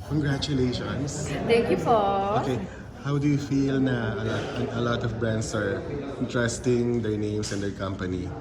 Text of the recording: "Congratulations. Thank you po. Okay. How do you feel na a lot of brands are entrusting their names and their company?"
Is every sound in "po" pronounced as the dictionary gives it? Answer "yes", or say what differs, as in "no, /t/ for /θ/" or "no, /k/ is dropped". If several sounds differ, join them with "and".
no, /f/ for /p/